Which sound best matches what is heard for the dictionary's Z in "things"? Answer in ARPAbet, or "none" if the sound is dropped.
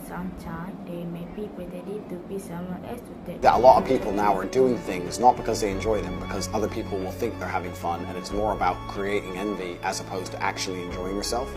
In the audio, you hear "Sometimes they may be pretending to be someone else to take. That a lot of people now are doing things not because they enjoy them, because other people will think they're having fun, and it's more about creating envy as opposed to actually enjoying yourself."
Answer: Z